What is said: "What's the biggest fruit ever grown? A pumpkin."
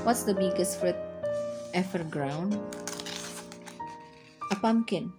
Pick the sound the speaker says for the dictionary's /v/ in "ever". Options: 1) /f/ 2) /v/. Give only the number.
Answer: 1